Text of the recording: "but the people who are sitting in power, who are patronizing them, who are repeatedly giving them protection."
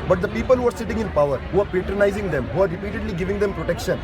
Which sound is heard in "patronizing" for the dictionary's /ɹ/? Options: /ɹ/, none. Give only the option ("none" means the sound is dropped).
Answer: /ɹ/